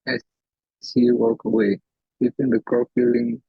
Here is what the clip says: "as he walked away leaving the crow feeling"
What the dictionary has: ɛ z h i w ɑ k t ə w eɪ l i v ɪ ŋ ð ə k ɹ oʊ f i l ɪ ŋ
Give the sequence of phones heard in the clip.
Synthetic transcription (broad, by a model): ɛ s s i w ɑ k ə w eɪ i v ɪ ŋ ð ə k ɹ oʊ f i l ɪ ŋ